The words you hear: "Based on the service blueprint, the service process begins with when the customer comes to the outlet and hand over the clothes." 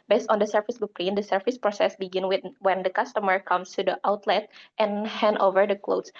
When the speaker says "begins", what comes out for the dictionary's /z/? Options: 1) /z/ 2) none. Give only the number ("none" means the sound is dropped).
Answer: 2